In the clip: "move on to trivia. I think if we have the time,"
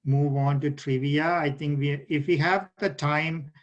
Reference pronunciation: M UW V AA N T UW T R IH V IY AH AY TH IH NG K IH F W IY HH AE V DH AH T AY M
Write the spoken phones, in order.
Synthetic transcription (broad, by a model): M UW V AA N T UW T R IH V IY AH AY T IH NG K IH F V IY HH AE V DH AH T AY M